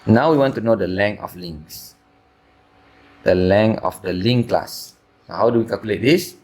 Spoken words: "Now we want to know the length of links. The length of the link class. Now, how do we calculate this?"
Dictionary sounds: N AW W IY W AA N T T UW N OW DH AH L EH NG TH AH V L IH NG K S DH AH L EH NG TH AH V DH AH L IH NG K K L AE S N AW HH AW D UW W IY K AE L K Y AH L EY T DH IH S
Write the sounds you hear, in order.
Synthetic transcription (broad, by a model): N AW W IY W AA N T T UW N OW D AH L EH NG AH F L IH NG S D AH L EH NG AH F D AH L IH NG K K L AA S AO HH AW D UW W IY K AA L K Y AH L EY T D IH S